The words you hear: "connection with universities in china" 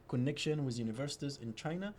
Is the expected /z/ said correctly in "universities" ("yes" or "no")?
yes